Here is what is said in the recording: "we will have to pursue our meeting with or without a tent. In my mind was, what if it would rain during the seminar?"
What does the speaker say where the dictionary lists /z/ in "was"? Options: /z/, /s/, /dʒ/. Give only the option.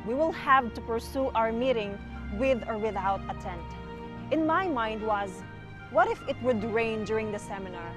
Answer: /z/